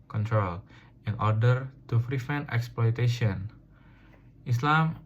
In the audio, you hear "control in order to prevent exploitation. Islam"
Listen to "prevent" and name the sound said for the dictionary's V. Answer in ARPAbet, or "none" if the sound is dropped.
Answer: F